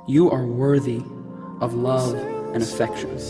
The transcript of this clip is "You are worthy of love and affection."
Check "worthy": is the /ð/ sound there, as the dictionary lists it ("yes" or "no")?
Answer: yes